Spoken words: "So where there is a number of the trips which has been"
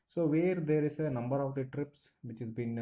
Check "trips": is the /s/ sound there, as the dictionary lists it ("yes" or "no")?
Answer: yes